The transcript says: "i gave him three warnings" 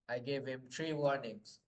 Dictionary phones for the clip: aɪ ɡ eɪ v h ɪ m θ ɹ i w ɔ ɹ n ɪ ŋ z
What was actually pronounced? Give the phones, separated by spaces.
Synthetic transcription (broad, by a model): aɪ ɡ eɪ v h ɪ m t ɹ i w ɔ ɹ n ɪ ŋ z